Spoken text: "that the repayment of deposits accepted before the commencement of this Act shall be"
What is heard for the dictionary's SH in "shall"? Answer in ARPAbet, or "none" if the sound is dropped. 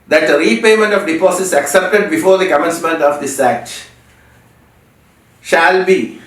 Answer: SH